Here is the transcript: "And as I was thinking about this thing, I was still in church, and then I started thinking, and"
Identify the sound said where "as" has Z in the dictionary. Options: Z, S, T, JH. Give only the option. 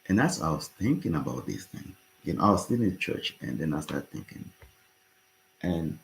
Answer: S